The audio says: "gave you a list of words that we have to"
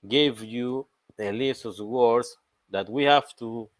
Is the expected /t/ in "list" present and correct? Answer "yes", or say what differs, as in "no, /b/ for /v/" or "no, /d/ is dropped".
no, /t/ is dropped